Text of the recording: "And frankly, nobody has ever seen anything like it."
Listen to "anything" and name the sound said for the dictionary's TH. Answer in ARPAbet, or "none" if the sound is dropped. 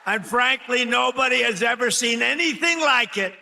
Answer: TH